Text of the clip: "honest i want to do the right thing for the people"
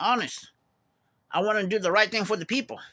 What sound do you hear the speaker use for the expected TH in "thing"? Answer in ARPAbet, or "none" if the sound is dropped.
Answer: TH